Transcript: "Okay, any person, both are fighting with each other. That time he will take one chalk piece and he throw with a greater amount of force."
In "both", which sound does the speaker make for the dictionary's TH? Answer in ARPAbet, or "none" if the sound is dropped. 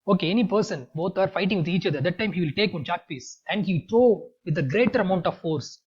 T